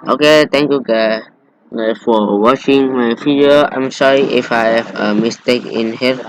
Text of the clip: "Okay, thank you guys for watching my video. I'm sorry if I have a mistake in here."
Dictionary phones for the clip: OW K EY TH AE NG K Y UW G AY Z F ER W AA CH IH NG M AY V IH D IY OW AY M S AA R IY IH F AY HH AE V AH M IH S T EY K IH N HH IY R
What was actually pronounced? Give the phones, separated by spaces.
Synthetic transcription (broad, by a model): OW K EY T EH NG K Y UW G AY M F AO W AA CH IH NG M AY F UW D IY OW AY M S AA R IY IH F AY HH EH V AH M IH S T EY K IH N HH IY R